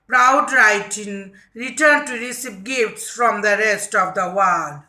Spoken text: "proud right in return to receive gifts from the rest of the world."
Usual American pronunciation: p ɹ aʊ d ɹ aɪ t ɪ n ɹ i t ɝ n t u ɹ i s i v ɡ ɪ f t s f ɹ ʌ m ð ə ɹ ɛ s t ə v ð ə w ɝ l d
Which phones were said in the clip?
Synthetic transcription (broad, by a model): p ɹ aʊ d ɹ aɪ t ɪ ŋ ɹ i t ɝ n t u ɹ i s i p ɡ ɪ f t s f ɹ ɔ m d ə ɹ ɛ s t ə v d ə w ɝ l d